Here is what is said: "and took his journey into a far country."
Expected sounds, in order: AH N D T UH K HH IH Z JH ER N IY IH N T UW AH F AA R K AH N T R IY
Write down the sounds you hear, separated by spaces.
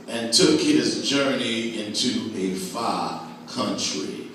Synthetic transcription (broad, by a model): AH N T UH K HH IH Z JH ER N IY IH N T UW AH F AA K AH N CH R IY